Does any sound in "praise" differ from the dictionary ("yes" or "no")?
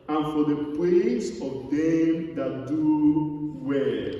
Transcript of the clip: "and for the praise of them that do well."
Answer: yes